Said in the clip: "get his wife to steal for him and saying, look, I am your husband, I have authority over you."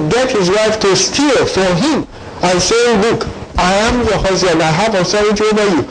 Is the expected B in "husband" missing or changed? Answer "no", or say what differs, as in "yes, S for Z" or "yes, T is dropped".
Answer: yes, B is dropped